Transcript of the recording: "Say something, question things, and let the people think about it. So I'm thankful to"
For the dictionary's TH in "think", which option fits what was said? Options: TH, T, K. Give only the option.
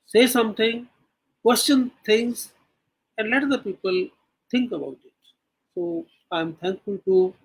T